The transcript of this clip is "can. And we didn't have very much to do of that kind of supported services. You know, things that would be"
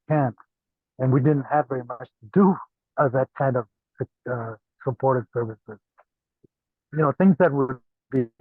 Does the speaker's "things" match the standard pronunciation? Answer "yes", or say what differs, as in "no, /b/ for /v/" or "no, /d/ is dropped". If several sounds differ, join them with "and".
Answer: yes